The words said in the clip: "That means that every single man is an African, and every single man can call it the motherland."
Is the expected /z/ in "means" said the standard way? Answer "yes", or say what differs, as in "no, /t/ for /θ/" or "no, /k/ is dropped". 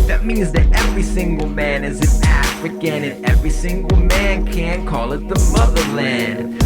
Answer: yes